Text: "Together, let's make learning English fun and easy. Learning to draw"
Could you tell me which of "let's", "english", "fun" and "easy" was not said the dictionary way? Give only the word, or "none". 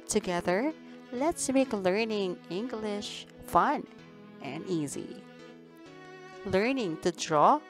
none